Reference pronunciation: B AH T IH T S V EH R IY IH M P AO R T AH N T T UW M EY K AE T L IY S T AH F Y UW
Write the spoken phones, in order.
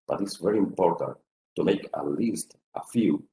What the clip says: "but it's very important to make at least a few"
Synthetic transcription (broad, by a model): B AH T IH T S V EH R IY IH M P AO R T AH N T T UW M EY K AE L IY S T AH F Y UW